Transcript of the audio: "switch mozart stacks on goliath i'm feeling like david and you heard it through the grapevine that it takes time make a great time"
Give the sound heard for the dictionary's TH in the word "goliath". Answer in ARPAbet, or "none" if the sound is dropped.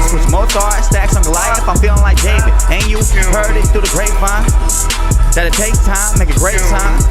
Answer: F